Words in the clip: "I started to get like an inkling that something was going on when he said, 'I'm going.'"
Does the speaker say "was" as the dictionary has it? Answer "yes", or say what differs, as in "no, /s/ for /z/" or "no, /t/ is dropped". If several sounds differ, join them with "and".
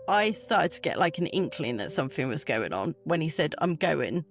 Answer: yes